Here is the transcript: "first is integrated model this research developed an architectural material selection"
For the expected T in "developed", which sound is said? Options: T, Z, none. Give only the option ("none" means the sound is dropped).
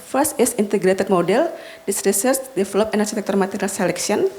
none